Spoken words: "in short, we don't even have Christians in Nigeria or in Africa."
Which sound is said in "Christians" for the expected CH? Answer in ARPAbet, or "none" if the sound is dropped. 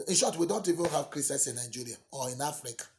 none